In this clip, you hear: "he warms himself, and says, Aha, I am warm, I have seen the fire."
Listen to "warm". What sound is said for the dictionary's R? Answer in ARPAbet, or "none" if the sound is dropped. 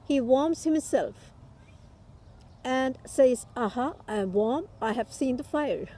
R